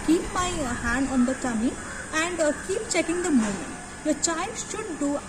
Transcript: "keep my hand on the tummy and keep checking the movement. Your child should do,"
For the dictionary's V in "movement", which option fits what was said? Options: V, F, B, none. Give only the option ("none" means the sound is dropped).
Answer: none